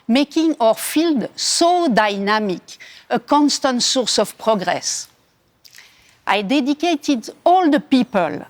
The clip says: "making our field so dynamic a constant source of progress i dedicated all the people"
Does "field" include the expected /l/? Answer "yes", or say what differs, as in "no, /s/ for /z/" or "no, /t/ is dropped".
yes